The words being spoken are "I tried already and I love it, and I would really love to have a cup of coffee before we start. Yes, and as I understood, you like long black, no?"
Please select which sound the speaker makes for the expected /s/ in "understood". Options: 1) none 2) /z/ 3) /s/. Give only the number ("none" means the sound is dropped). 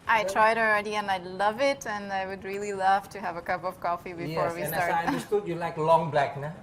1